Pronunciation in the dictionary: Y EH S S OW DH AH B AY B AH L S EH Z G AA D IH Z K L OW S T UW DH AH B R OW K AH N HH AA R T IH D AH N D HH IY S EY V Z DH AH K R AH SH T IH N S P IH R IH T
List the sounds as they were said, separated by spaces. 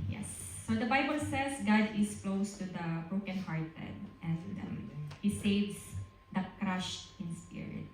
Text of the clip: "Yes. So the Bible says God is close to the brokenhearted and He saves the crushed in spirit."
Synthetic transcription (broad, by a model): Y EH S S OW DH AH B AY B AH L S EH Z G AA D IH S K L OW S T UW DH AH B R OW K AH N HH AA R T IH D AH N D HH IY S EY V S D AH K R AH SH T IH N S P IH R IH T